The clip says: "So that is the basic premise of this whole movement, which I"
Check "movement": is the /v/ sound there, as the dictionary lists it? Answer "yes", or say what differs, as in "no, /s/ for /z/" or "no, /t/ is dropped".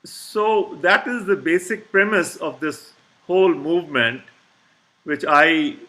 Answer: yes